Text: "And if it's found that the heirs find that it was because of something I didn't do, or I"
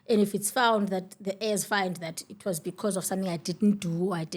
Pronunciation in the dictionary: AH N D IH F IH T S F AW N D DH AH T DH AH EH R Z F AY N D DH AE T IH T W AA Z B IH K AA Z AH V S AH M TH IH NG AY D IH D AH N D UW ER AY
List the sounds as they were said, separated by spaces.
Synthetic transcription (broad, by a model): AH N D IH F IH T S F AW N D DH AH T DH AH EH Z F AY N D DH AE T IH T W AA Z B IH K AA Z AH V S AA M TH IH NG AY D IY D N D UW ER AY